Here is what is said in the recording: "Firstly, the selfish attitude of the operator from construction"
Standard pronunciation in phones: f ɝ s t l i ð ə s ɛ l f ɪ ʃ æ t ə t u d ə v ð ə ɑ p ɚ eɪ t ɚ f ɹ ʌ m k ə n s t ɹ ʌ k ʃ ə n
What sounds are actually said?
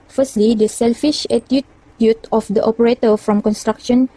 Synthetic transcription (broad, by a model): f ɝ s t l i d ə s ɛ l f ɪ ʃ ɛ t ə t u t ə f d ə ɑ p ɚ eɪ t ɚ f ɹ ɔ m k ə n s t ɹ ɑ k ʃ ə n